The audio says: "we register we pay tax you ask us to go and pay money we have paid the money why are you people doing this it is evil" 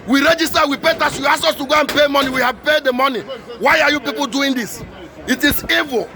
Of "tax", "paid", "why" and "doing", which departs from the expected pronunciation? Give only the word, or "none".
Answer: tax